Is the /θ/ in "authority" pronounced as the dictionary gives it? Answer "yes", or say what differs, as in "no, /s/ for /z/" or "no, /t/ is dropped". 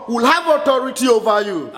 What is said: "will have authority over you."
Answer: no, /t/ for /θ/